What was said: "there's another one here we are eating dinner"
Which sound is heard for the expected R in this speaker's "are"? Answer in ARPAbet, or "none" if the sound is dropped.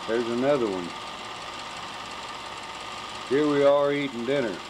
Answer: L